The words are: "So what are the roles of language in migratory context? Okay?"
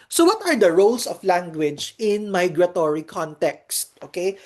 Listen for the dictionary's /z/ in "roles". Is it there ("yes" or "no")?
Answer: no